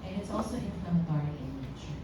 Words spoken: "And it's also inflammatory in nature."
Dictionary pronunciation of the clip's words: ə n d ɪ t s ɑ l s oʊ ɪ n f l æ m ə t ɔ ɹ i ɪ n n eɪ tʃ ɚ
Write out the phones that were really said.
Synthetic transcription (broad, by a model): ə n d ɪ t s ɑ l s oʊ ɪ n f ʌ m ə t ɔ ɹ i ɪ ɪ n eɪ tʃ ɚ